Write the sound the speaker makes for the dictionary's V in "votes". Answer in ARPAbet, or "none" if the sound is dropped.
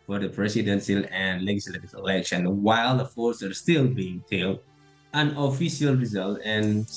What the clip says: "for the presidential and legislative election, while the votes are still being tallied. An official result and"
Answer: F